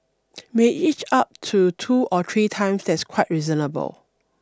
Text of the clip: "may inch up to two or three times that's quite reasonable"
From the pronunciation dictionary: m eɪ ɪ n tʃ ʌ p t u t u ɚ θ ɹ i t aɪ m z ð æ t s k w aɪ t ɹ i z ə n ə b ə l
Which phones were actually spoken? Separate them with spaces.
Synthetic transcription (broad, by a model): m eɪ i tʃ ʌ p t u t u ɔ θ ɹ i t aɪ m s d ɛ t s k w aɪ t ɹ i z ə n ə b ə l